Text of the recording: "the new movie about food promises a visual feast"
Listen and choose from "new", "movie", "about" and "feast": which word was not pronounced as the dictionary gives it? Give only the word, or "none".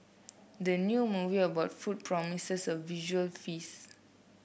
feast